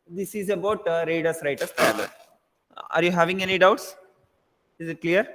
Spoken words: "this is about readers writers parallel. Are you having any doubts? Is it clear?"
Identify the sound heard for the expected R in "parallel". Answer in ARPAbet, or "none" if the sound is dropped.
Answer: none